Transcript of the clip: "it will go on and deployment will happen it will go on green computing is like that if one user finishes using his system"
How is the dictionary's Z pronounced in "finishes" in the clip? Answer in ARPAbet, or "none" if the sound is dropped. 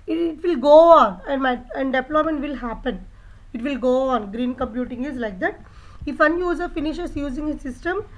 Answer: S